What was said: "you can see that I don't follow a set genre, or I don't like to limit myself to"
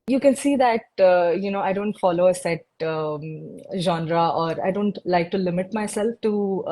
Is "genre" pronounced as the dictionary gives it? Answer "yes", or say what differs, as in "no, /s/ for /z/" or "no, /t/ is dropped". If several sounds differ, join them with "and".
yes